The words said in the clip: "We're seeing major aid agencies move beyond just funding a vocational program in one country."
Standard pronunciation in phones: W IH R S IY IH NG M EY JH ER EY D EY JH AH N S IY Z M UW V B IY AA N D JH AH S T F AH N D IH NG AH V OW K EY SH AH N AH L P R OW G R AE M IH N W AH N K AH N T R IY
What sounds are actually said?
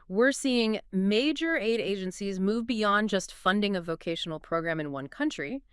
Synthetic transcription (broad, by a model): W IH R S IY IH NG M EY JH ER EY D EY JH AH N S IY Z M UW V B IY AA N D JH AH S T F AH N D IH NG AH V OW K EY SH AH N L P R OW G R AE M IH N W AH N K AH N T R IY